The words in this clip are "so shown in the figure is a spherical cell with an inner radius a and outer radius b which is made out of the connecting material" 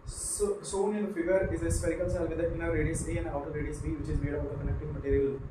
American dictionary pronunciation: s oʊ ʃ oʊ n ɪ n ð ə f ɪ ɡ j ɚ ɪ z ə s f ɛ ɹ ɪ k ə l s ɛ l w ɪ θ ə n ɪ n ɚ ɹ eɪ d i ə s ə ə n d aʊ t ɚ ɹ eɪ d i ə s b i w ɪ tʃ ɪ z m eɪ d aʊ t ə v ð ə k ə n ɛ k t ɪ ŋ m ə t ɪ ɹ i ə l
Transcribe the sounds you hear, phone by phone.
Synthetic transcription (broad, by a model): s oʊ s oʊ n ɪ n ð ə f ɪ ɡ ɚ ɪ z ə s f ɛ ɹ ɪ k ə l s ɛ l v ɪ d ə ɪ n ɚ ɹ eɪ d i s ə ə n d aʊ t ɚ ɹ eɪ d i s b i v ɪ tʃ ɪ z m eɪ d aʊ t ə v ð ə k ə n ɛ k t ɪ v m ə t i ɹ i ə l